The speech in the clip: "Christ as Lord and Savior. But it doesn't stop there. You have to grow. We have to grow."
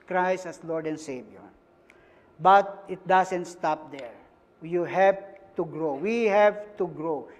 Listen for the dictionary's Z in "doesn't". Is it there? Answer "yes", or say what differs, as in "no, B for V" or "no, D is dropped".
no, S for Z